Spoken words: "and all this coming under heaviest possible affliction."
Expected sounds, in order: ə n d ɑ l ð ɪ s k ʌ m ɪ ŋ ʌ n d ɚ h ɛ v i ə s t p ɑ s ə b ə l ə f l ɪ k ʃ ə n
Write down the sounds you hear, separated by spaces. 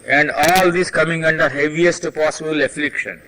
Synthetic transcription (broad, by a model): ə n d ɑ l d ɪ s k ʌ m ɪ ŋ ʌ n d ɚ h ɛ v i ə s t p ɑ s ə b ə l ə f l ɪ k ʃ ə n